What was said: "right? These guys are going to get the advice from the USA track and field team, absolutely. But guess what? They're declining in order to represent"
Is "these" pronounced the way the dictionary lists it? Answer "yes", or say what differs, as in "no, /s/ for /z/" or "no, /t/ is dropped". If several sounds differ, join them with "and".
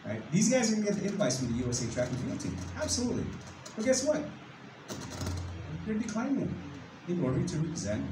yes